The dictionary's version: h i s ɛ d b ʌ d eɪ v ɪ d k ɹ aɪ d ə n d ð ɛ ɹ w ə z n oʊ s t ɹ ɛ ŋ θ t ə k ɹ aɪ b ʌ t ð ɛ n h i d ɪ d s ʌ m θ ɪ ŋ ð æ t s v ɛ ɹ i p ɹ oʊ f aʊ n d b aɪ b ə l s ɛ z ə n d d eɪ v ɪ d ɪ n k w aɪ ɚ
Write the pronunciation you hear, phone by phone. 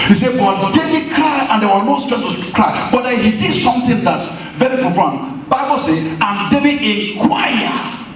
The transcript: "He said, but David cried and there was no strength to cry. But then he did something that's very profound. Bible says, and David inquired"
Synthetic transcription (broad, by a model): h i s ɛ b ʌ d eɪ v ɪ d k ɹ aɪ ə n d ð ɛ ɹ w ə n oʊ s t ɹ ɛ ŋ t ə k ɹ aɪ b ʌ t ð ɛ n h i d ɪ d s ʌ m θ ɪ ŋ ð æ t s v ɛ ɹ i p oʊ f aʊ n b aɪ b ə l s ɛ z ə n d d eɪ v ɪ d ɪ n k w aɪ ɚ